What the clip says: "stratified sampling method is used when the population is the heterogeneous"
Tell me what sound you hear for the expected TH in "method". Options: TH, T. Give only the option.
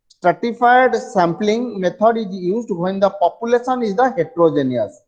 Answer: T